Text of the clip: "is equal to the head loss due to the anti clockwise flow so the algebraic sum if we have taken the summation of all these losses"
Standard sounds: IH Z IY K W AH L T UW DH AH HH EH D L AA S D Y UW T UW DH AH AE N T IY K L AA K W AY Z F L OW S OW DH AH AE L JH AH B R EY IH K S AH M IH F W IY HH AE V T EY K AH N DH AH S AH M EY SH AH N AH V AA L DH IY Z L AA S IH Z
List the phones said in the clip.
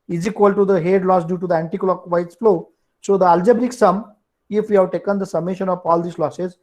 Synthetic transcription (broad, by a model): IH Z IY K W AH L T UW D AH HH EH D L AA S D Y UW T UW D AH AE N T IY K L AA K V AY S F L OW S OW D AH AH L JH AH B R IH K S AH M IH F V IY HH AE V T EY K AH N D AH S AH M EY SH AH N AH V AA L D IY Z L AA S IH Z